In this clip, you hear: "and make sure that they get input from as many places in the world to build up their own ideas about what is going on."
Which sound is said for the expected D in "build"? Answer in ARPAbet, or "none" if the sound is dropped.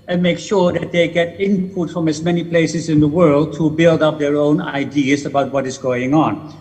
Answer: D